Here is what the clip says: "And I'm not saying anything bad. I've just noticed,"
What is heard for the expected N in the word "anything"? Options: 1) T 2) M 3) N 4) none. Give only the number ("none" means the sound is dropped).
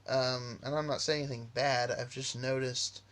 4